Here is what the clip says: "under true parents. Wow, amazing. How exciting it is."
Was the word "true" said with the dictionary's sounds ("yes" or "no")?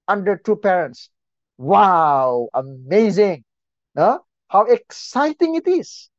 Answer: no